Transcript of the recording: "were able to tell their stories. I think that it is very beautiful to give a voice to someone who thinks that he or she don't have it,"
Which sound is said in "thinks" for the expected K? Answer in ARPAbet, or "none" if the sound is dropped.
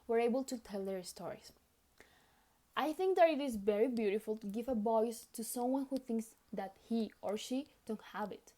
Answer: K